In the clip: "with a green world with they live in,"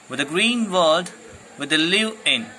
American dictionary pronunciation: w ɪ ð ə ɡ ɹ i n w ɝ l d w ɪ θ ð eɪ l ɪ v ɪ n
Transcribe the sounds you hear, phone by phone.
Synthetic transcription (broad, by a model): w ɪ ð ə ɡ ɹ i n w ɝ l d w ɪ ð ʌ l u ɪ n